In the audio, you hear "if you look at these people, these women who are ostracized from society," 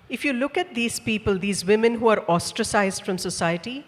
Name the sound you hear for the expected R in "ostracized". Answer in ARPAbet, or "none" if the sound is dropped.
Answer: R